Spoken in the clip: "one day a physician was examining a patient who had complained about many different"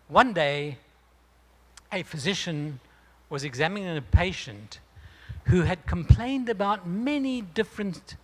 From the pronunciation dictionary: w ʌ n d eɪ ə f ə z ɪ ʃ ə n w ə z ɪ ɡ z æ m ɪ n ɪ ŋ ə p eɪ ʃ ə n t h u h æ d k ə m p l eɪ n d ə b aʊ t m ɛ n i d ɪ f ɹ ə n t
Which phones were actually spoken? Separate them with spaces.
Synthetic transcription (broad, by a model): w ʌ n d eɪ ə f ə z ɪ ʃ ə n w ə z ɪ ɡ z æ m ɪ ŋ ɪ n ə p eɪ ʃ ə n t h u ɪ d k ə m p l eɪ n d ə b aʊ t m ɛ n i d ɪ f ɹ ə n